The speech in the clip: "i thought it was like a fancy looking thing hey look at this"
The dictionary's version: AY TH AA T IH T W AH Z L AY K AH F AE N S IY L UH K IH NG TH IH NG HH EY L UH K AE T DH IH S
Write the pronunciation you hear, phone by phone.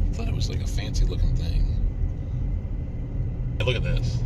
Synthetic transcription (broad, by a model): TH AA T IH T W AH Z L AY K AH F AE N S IY L UH K IH NG TH IH NG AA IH L UH K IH T DH IH S